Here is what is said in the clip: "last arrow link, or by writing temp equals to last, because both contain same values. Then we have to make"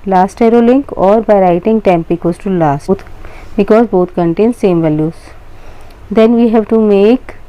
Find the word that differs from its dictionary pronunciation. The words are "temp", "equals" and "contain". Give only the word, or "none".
equals